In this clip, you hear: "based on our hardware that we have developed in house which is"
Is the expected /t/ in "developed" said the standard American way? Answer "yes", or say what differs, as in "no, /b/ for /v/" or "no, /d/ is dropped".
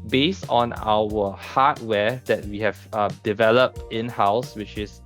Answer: yes